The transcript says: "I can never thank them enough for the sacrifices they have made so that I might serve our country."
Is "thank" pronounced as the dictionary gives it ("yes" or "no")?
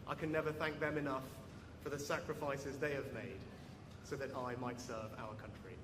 yes